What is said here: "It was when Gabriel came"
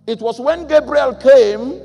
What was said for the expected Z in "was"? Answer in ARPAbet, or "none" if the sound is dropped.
S